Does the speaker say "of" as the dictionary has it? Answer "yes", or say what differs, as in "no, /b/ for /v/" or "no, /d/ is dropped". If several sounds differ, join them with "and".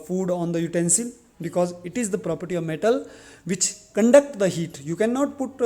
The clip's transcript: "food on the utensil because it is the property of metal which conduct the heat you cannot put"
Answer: yes